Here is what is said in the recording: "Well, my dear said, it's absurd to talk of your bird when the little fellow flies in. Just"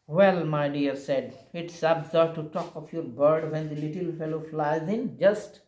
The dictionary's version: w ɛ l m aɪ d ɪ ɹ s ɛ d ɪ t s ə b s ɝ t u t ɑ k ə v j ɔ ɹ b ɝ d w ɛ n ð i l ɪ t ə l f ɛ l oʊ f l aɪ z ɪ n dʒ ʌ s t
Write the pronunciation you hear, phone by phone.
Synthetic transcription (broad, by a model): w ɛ l m aɪ d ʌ ɹ s ɛ d ɪ t s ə b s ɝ t u t ɑ k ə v j ɔ ɹ b ɝ d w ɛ n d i l ɪ t ə l f ɛ l oʊ f l aɪ z ɪ n dʒ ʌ s t